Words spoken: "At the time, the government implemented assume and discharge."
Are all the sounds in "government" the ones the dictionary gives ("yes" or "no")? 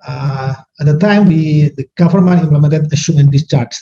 no